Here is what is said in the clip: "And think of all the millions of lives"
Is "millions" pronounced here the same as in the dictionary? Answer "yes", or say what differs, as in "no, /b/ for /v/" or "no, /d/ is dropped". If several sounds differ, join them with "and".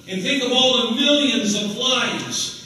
yes